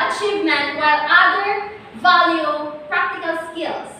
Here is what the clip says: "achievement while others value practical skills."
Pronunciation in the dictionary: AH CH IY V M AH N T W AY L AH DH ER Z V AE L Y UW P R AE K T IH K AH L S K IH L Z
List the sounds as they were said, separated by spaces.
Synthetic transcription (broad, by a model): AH CH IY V M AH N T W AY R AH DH ER V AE L Y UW P R AE K T IH K AH L S K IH L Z